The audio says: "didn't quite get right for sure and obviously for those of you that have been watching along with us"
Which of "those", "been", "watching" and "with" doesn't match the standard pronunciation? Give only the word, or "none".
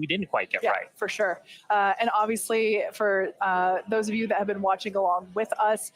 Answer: none